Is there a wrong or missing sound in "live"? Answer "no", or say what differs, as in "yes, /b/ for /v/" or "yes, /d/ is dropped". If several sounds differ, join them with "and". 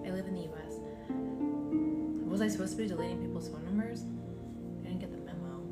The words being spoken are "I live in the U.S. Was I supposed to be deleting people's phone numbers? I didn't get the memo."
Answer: no